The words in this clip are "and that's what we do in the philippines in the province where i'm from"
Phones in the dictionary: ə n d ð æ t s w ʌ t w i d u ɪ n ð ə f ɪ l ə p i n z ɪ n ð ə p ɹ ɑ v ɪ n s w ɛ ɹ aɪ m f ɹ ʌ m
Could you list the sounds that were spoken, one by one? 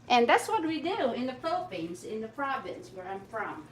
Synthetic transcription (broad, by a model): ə n ð æ t s w ʌ t w i d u ɪ n ð ə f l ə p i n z ɪ n ð ə p ɹ ɑ v ɪ n s w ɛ ɹ aɪ m f ɹ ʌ m